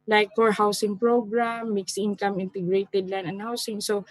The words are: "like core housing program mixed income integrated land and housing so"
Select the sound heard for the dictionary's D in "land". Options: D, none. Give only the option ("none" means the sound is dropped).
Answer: none